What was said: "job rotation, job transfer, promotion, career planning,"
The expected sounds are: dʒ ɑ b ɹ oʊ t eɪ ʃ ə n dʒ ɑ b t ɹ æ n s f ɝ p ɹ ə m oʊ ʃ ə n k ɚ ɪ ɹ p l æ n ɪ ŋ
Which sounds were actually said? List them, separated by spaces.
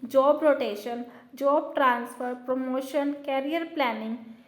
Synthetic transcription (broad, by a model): dʒ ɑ b ɹ oʊ t eɪ ʃ ə n dʒ ɑ b t ɹ æ n s f ɝ p ɹ ə m oʊ ʃ ə n k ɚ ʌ ɹ p l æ n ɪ ŋ